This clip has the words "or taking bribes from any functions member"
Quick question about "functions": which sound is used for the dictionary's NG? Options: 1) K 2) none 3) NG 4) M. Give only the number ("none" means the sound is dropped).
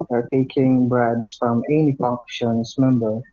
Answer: 2